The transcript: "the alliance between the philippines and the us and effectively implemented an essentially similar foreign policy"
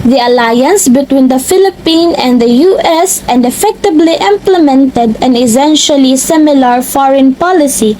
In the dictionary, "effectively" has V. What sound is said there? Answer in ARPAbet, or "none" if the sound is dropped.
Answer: B